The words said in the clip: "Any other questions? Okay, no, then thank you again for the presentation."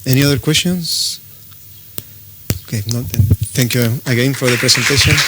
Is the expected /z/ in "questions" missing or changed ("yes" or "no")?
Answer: yes